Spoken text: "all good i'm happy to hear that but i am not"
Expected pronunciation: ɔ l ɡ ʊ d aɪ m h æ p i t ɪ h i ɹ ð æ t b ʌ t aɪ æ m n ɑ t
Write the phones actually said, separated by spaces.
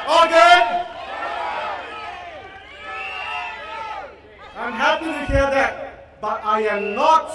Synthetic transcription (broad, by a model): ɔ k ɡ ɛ aɪ m h æ p i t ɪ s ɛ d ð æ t b ʌ t aɪ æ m n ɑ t